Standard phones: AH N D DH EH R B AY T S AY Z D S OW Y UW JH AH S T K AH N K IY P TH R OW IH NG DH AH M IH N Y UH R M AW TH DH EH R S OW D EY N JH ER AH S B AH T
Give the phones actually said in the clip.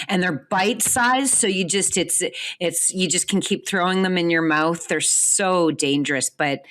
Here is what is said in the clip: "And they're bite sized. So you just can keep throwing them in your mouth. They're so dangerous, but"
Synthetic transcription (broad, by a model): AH N DH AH R B AY T S AY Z S OW Y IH JH AH S T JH AH N K IY P TH R OW IH NG DH AH M IH N Y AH R M AW TH DH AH R S OW D EY N JH ER AH S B AH T